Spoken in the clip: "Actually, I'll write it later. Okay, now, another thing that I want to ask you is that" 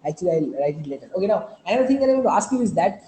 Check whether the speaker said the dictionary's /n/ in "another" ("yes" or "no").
no